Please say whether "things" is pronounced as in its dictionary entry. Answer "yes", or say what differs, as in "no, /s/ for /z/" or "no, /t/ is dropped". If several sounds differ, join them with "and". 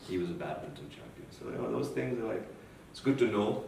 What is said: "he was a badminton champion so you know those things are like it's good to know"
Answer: yes